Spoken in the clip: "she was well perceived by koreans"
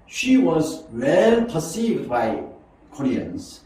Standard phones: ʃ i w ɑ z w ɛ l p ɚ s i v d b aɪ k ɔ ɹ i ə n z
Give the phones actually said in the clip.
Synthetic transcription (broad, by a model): ʃ i w ɑ z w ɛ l p ɚ s i v d b aɪ k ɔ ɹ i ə n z